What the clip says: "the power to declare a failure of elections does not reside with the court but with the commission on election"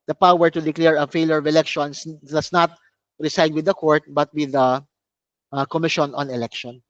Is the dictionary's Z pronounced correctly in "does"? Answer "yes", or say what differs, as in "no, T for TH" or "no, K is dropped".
no, S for Z